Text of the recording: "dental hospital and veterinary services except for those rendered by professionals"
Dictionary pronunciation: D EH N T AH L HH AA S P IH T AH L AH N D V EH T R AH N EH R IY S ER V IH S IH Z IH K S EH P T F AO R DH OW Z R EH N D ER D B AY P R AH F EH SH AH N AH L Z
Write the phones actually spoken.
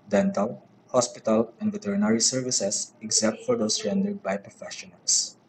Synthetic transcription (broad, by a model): D EH N T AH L HH AA S P IH T AH L AH N D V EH T R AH N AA R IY S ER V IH S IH S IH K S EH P T F AO R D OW S R EH N D ER D B AY P R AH F EH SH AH N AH L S